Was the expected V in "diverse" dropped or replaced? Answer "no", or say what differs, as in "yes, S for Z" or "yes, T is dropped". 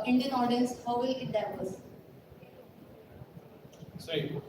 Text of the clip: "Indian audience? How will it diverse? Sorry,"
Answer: yes, P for V